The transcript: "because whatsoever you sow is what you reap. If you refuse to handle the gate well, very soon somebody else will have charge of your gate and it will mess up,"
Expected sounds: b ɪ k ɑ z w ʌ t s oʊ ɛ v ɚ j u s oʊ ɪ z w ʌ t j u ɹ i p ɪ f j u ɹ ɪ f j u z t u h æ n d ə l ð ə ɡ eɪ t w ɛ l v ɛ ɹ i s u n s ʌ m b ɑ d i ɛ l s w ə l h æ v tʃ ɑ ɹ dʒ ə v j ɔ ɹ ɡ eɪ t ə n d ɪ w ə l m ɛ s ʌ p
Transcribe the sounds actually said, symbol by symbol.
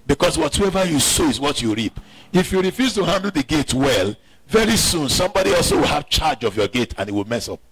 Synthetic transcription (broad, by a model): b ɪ k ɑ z w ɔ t oʊ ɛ v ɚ j u s oʊ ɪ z w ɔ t j u ɹ i p ɪ f j u ɹ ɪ f j u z t u h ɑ n d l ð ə ɡ eɪ t w ɛ l v ɛ ɹ i s u n s ʌ m b ɑ d i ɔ l s w ə l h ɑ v tʃ ɑ dʒ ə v j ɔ ɡ eɪ t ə n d ɪ w ə l m ɛ s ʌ p